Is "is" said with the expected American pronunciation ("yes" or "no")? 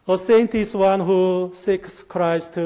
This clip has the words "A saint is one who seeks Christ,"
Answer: no